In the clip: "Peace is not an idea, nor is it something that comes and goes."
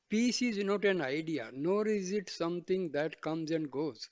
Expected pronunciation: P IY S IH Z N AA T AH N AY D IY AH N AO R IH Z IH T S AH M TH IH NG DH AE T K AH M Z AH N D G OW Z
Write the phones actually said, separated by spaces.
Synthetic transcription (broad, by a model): P IY S IH Z N AA T AH N AY D IY AH N AO R IH Z IH T S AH M T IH NG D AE T K AH M Z AH N D G OW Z